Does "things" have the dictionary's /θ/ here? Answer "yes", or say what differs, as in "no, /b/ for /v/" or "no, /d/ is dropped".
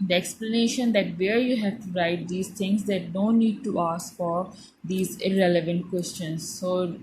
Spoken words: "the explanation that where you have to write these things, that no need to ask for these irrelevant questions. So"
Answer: no, /t/ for /θ/